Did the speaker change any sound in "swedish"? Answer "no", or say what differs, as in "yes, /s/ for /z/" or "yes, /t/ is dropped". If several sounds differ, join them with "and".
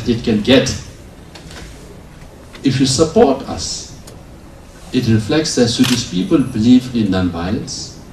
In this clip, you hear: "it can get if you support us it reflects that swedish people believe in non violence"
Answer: yes, /s/ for /ʃ/